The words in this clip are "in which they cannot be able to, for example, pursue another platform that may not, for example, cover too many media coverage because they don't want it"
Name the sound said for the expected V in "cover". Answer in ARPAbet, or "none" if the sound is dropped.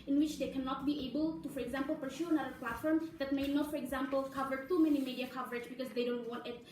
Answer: V